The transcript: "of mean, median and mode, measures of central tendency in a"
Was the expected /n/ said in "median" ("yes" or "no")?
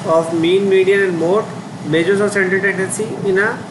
no